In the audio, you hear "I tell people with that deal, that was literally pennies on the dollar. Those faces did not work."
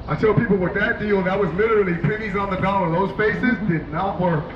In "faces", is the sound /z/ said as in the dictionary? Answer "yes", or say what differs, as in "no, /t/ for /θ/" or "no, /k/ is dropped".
yes